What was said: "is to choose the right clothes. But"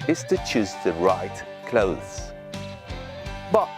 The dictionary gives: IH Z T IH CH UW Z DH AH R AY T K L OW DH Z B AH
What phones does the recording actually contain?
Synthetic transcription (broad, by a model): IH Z T IH CH UW Z DH AH R AY T K L OW DH Z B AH